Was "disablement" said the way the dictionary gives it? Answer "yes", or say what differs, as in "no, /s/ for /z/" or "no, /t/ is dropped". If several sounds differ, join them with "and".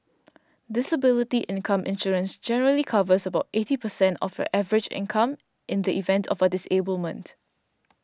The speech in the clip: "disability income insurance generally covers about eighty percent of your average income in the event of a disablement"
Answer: yes